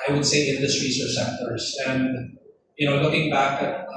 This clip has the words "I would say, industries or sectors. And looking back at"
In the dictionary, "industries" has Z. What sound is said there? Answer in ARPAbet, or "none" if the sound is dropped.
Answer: S